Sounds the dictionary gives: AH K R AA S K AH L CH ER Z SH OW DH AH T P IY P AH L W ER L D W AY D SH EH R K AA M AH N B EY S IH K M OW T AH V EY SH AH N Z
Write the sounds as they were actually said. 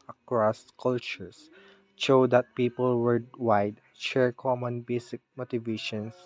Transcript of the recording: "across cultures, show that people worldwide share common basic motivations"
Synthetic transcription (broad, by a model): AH K R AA S K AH L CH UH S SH OW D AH T P IY P AH L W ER D W AY D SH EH R K AA M AH N B EY S IH K M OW T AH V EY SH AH N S